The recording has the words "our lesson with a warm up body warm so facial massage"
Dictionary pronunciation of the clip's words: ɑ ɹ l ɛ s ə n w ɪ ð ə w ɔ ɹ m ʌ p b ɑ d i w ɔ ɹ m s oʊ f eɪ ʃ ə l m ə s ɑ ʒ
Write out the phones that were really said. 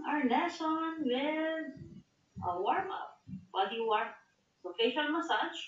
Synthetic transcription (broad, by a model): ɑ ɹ n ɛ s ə n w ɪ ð ə w ɔ ɹ m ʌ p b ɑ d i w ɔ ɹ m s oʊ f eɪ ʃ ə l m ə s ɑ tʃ